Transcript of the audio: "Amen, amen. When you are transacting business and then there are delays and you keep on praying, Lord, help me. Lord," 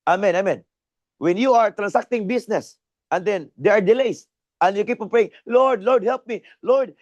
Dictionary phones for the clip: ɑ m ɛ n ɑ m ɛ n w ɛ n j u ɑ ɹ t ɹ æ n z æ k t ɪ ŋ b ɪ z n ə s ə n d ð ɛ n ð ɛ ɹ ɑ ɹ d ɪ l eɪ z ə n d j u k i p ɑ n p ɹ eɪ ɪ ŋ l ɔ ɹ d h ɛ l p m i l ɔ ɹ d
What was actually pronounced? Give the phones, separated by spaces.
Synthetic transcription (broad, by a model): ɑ m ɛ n ɑ m ɛ n w ɛ n j u ɑ ɹ t ɹ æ n s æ k t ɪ ŋ b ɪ s n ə s ə n d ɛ n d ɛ ɹ ɑ ɹ d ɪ l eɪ s ə n d j u k i p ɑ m p ɹ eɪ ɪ ŋ l ɔ ɹ d h ɛ l p m i l ɔ ɹ d